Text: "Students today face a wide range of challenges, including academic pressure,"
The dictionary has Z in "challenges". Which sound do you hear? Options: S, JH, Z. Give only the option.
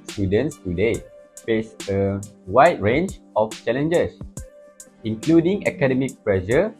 S